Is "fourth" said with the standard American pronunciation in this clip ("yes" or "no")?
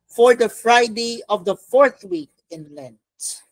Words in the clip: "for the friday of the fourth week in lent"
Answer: yes